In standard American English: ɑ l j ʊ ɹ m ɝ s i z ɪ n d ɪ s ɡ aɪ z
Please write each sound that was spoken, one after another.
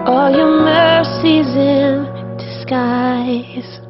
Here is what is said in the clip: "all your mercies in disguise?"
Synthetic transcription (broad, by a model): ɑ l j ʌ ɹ m ɝ s i z ɪ n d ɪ s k aɪ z